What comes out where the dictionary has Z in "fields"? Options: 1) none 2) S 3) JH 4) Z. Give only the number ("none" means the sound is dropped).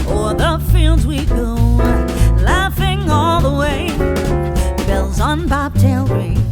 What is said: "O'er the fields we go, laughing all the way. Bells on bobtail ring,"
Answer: 4